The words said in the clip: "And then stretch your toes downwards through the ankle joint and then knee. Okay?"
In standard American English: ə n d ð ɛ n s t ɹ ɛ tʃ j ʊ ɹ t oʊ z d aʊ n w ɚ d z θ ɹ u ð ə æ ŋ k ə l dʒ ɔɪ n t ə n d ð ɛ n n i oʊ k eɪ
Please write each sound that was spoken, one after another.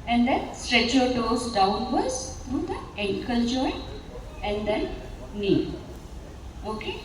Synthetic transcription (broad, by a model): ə n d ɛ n s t ɹ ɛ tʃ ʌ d oʊ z d aʊ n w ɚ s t ɹ u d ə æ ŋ k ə l dʒ ɔɪ t ə n d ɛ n n i oʊ k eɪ